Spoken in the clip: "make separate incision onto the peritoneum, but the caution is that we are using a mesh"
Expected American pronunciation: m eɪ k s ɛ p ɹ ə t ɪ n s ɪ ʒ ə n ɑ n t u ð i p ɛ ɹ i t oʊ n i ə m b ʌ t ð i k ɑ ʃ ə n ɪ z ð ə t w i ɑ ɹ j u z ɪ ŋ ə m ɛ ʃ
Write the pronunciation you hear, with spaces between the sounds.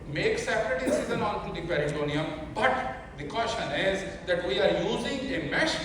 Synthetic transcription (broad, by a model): m eɪ k s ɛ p ɹ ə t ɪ s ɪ z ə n ɑ n t u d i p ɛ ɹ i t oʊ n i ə m b ʌ t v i k ɑ ʃ ə n ɪ z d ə t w i ɑ ɹ j u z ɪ ŋ ə m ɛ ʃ